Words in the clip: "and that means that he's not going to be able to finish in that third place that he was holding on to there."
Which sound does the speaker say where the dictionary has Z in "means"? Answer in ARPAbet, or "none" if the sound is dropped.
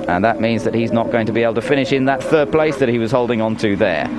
Z